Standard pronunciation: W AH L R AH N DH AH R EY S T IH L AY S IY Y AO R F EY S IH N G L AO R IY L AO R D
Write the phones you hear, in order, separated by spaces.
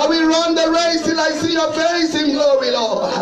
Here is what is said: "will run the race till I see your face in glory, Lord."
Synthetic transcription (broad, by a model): W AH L R AH N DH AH R EY S T IH L AY S IY Y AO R F EY S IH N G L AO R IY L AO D